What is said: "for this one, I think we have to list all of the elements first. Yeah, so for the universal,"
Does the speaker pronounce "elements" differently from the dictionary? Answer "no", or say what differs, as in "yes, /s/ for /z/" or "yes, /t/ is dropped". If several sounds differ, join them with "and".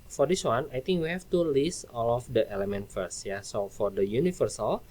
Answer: yes, /s/ is dropped